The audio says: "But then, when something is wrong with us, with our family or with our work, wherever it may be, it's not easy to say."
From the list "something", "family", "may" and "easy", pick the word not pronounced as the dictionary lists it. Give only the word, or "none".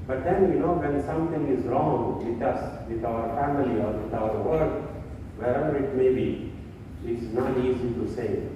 something